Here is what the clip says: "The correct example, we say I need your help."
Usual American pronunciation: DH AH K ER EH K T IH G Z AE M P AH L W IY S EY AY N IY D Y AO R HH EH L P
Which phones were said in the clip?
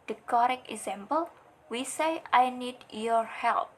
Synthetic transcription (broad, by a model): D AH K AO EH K IH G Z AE M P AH L W IY S EY AY N IY D Y AO R HH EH L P